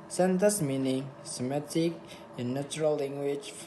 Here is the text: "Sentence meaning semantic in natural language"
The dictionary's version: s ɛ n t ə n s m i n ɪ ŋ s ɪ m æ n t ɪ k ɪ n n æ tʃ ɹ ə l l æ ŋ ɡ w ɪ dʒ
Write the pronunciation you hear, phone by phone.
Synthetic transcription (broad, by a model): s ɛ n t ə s m i n ɪ ŋ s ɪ m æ t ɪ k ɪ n n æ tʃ ɹ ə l l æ ŋ ɡ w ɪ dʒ